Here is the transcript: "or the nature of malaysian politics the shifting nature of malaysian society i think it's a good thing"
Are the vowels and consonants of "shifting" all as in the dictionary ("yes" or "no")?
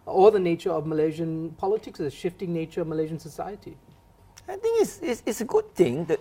yes